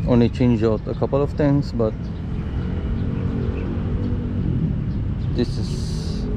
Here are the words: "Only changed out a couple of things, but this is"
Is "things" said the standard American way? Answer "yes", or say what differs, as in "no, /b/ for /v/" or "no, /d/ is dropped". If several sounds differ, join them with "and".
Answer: no, /t/ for /θ/